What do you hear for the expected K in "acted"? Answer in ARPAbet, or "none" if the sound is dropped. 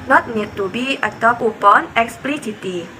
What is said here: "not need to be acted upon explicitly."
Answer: none